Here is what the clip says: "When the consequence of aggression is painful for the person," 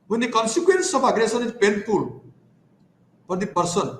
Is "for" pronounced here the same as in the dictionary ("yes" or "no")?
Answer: no